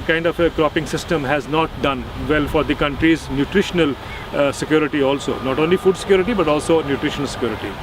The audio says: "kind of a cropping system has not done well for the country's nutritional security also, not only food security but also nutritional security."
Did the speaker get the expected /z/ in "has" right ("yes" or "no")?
yes